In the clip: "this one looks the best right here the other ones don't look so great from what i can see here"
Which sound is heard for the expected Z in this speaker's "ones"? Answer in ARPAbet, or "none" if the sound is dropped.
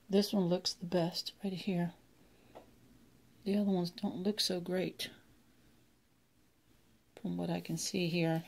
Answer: Z